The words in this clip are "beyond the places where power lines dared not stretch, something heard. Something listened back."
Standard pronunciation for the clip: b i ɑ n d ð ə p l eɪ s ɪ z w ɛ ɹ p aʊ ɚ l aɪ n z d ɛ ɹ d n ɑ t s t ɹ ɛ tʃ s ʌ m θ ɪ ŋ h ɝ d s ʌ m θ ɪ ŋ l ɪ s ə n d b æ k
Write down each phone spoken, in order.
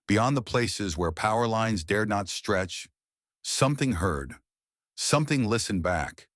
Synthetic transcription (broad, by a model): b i ɑ n ð ə p l eɪ s ɪ z w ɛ ɹ p aʊ ɚ l aɪ n z d ɛ ɹ d n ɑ t s t ɹ ɛ tʃ s ʌ m θ ɪ ŋ h ɝ d s ʌ m θ ɪ ŋ l ɪ s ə n b æ k